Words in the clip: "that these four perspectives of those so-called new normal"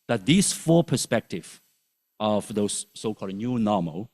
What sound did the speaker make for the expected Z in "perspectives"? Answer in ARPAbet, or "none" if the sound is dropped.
none